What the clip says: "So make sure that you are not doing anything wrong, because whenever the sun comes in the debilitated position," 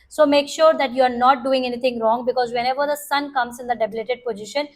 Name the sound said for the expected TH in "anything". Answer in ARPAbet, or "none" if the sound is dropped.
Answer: T